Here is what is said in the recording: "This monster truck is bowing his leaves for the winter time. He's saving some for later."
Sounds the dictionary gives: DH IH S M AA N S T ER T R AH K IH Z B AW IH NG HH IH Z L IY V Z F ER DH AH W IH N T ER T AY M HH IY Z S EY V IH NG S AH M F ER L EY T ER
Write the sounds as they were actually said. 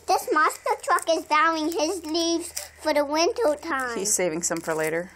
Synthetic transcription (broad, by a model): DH IH S M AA S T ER T R AH K IH Z B AW IH NG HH IH Z L IY V Z F ER DH AH W IH N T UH T AY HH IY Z S EY V IH NG S AH M F ER L EY T ER